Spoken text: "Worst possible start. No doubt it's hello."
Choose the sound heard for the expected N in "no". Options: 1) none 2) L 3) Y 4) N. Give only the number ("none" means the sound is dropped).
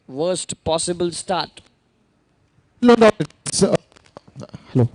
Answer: 2